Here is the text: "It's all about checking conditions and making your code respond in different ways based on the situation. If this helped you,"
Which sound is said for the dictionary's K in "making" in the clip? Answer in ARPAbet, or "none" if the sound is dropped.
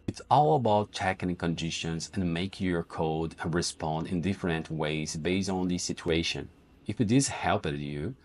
none